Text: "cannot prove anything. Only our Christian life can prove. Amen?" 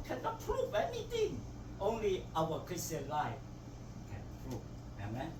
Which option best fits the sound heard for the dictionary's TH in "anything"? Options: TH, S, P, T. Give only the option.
T